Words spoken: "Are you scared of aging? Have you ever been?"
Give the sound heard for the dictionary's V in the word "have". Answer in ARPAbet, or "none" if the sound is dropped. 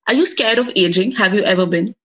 V